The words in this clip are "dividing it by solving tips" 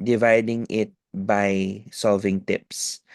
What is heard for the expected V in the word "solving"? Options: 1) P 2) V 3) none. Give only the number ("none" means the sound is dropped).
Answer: 2